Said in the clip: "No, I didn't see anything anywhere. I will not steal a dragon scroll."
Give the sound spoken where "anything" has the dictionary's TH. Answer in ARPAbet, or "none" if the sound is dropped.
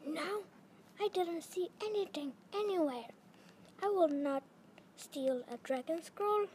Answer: T